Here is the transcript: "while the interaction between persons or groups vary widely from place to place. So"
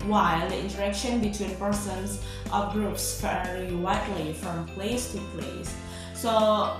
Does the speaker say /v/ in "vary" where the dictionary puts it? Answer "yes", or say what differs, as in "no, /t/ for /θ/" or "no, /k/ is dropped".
no, /f/ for /v/